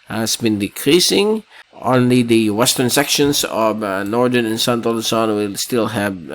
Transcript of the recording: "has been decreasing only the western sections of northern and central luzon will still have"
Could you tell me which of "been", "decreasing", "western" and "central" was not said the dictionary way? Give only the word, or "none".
central